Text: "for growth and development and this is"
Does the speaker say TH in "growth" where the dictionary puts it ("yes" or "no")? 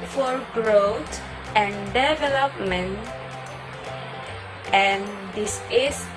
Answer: no